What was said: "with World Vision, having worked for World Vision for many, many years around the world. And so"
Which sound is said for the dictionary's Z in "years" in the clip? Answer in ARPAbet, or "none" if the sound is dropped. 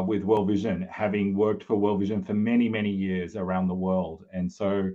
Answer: Z